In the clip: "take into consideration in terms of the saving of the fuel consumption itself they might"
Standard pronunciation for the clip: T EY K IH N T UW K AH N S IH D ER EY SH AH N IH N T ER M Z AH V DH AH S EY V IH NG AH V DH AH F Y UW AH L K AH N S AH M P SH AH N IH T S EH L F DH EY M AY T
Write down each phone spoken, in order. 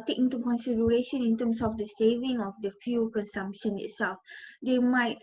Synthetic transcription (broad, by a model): T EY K IH N T UW K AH N S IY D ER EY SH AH N IH N T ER M S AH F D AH S EY V IH NG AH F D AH F Y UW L K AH N S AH M P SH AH N IH T S EH L F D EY M AY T